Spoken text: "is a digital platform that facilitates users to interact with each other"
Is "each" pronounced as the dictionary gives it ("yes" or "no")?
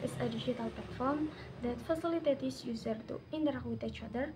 yes